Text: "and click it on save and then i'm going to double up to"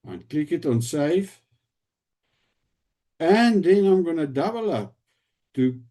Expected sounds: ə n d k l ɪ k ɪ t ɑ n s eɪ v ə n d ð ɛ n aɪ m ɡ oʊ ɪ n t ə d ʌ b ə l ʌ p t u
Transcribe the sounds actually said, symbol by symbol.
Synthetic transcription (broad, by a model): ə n k l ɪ k ɪ t ɑ n s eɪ f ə n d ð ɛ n aɪ m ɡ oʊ n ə d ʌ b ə l ʌ p t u